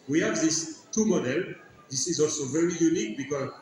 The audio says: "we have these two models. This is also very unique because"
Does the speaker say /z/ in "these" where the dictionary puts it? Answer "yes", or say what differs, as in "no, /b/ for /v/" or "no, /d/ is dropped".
no, /s/ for /z/